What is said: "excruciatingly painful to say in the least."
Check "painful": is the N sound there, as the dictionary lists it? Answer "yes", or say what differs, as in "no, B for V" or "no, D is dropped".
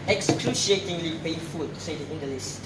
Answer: no, N is dropped